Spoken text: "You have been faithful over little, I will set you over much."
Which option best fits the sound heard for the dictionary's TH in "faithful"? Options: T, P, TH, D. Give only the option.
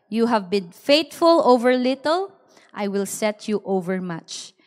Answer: T